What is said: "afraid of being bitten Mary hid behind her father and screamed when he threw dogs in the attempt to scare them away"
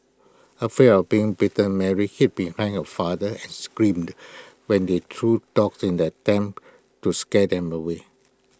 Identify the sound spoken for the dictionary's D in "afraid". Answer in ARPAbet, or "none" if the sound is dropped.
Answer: none